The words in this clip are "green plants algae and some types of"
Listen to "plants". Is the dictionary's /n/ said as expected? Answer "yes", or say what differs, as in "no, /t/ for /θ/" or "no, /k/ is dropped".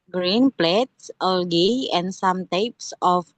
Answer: no, /n/ is dropped